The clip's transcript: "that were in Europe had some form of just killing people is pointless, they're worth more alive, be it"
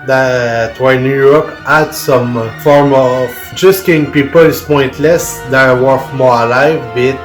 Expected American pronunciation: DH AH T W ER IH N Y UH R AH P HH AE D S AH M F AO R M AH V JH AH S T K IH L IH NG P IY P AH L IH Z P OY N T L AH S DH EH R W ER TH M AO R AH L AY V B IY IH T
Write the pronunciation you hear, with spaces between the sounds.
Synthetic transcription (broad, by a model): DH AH T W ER IH N Y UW R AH P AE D S AH M F AO R M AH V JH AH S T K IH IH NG P IY P AH L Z P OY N T L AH S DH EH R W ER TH M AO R AH L AY V B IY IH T